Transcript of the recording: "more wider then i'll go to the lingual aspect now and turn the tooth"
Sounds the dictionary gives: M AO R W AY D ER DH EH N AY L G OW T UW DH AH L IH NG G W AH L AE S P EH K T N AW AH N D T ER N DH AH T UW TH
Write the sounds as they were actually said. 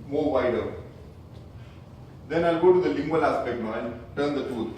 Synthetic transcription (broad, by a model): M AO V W AY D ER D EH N AY L G OW T UW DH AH L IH NG G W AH L AE S P EH K T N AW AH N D T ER N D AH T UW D